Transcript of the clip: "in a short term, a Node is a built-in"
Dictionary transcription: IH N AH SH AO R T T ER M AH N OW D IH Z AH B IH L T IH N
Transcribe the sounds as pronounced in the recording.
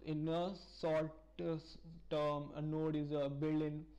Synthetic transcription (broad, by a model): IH N AH S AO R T T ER M AH N OW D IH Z AH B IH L IH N